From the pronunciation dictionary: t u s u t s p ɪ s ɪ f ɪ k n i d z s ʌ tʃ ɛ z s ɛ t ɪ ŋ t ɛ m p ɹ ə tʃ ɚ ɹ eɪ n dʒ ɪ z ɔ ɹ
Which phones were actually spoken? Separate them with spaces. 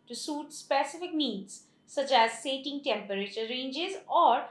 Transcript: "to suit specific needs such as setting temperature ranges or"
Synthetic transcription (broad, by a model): t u s u t s p ɪ s ɪ f ɪ k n i d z s ʌ tʃ ɛ z s ɛ t ɪ ŋ t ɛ m p ɹ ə tʃ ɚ ɹ eɪ n dʒ ɪ z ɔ ɹ